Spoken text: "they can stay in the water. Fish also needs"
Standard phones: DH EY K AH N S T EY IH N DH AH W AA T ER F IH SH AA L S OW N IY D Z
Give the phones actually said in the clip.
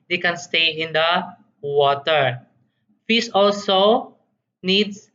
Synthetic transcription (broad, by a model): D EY K AH N S T EY IH N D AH W AA T ER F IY S AA L S OW N IY D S